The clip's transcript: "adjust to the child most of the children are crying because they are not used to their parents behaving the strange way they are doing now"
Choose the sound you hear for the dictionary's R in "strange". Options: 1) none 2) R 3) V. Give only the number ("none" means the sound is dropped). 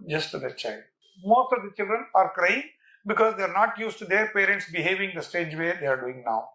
1